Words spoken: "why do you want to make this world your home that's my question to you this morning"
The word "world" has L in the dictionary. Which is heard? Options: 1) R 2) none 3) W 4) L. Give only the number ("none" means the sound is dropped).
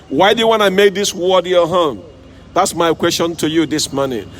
2